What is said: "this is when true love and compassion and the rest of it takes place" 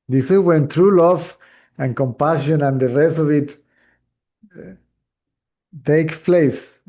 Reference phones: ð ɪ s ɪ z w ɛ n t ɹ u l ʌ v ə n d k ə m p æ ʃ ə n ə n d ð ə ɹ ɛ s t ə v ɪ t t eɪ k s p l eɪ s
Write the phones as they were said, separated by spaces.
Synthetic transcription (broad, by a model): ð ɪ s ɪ w ɛ n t ɹ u l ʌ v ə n k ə m p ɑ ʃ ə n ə n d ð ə ɹ ɛ s t ə v ɪ t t eɪ k p l eɪ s